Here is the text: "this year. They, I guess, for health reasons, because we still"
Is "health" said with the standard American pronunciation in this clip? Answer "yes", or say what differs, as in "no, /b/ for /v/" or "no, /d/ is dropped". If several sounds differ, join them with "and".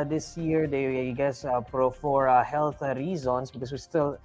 no, /t/ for /θ/